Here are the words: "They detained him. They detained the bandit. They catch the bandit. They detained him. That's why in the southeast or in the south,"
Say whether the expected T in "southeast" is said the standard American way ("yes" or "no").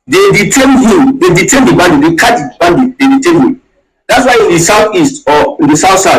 yes